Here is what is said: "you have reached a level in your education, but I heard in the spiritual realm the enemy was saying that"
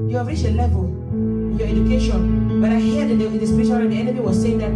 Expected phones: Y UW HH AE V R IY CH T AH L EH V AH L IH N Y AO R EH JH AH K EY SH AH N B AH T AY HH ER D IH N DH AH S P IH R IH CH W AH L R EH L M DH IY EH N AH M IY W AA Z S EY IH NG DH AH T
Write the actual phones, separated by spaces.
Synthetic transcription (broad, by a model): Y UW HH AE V R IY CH AH L EH V AH L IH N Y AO EH JH AH K EY SH AH N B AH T AY HH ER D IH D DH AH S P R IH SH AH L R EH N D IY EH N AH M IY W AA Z S EY IH NG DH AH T